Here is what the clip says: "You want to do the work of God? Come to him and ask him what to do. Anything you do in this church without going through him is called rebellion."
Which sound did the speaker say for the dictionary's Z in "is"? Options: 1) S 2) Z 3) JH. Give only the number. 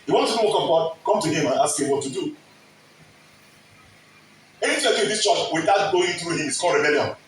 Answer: 1